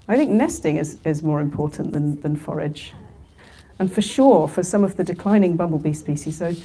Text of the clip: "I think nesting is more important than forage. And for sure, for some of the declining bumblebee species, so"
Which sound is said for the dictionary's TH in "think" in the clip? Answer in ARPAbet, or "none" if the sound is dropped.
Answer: TH